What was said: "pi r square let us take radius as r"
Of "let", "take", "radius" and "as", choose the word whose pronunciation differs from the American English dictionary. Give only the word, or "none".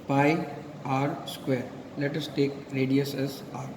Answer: as